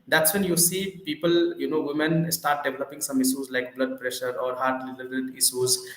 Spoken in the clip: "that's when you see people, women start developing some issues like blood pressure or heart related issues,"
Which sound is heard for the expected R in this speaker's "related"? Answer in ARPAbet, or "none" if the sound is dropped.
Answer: L